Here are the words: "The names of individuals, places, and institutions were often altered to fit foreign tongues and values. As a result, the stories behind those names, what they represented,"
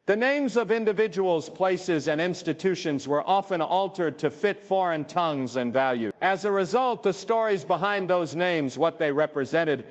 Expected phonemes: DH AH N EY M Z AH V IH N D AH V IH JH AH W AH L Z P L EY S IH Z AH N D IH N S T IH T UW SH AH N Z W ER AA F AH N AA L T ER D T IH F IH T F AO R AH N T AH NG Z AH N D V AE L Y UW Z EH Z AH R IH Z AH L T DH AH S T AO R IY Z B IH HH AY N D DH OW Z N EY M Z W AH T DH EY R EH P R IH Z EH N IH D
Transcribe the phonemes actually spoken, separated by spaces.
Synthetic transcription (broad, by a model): DH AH N EY M Z AH V IH N D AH V IH JH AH W L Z P L EY S IH Z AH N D IH N S T IH T UW SH AH N Z W ER AA F AH N AA L T ER D T IH F IH T F AO R AH N T AH NG Z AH N V AE L Y UW IH Z AH R IH Z AH L T DH AH S T AO R IY Z B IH HH AY N DH OW Z N EY M Z W AH T DH EY R EH P R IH Z EH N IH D